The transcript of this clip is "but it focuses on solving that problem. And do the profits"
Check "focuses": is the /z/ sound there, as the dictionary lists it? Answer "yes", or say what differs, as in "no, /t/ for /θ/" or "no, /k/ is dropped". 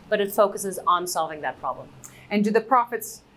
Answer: yes